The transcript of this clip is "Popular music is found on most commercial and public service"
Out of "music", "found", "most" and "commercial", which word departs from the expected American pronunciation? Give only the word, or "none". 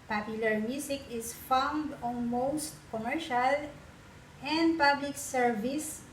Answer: music